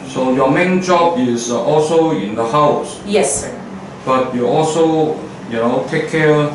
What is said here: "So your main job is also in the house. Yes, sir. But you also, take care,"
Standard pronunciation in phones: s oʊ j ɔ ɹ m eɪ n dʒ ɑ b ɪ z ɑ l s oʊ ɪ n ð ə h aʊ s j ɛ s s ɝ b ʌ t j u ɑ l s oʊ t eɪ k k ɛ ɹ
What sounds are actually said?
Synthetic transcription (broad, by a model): s oʊ j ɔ m eɪ n dʒ ɑ b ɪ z ɑ l s oʊ ɪ n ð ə h aʊ s j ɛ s s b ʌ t j u ɑ l s oʊ t eɪ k k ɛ